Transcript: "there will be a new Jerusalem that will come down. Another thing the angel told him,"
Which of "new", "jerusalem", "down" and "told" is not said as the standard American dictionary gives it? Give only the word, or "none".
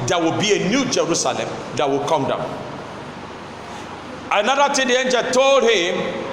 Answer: none